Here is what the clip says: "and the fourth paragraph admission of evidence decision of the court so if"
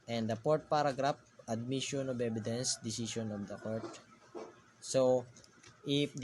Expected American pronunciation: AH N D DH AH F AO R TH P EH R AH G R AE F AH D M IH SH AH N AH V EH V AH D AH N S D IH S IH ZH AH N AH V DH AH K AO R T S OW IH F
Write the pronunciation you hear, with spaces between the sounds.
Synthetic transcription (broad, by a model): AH N D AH P AO R T P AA R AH G R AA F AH D M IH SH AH N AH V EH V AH D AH N S D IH S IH SH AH N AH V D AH K AO R T S OW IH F